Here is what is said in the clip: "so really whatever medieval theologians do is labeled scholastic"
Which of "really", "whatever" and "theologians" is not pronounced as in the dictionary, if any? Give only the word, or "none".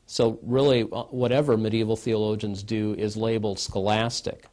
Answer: none